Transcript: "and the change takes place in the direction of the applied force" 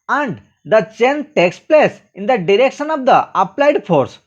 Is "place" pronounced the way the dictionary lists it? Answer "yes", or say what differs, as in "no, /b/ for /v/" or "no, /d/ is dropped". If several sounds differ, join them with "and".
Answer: yes